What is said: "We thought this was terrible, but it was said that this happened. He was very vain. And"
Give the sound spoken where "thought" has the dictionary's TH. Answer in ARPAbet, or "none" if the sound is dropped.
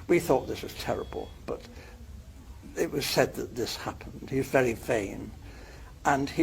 TH